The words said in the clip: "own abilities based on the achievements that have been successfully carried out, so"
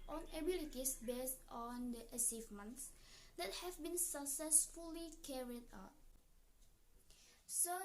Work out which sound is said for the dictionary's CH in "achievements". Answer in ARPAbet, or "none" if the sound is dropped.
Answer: S